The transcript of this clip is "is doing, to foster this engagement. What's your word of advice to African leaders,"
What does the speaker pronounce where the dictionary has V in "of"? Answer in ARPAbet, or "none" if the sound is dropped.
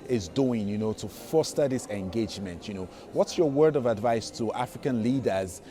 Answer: V